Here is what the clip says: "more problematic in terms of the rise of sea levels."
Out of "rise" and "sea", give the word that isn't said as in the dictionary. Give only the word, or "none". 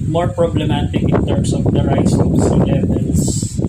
rise